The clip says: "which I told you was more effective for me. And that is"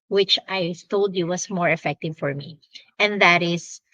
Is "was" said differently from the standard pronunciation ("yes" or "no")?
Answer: yes